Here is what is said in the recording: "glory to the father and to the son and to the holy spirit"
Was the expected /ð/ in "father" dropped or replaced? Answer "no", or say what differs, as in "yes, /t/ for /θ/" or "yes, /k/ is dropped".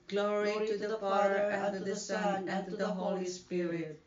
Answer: yes, /ð/ is dropped